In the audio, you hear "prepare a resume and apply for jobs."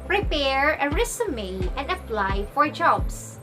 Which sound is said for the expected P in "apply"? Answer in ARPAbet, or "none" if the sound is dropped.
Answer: F